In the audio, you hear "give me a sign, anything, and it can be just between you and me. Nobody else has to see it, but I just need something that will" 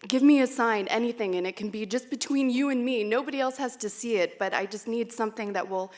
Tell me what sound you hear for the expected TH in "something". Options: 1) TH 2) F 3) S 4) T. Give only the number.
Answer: 1